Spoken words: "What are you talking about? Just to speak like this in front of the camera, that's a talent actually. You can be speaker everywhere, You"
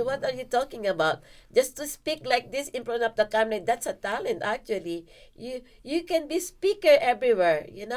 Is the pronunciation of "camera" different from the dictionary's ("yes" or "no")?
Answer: yes